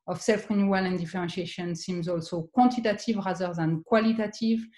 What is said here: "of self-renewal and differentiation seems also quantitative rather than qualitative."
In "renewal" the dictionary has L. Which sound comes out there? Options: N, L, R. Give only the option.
L